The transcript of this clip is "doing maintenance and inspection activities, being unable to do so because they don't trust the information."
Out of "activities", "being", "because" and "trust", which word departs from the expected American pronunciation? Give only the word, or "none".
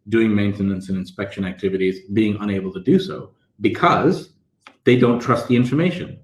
none